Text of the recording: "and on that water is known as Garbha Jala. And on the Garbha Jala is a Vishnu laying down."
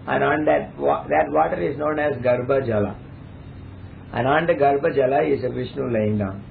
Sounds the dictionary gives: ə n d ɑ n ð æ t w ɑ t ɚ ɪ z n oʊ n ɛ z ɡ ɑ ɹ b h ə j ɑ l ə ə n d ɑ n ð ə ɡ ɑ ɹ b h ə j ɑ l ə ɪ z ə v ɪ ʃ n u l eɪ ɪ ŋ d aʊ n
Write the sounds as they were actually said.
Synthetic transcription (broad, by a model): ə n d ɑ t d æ t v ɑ t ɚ ɪ z n oʊ n ɛ z ɡ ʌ ɹ b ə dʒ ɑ l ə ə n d ɑ n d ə ɡ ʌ ɹ b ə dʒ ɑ l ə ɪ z ə v ɪ ʃ n u l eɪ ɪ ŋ d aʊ n